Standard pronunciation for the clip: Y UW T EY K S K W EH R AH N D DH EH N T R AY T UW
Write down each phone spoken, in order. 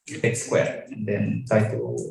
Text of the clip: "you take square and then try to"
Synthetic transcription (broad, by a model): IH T S K W EH R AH N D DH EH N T AY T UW